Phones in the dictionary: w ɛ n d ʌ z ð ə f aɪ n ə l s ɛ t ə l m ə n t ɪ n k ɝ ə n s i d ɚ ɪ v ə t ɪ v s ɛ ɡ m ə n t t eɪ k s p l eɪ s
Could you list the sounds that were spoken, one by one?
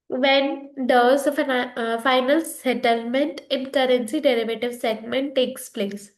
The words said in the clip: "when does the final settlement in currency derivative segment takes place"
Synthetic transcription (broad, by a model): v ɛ n d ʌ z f f aɪ n ə l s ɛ t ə l m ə n t ɪ n k ɝ ə n s i d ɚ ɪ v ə t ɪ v s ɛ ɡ m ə n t t eɪ k s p l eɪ s